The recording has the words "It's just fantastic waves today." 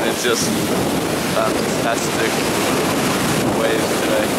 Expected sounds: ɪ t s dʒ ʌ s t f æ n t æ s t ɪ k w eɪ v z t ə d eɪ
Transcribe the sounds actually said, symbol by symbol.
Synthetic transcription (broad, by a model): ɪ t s dʒ ʌ s t f æ n t æ s t ɪ k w eɪ z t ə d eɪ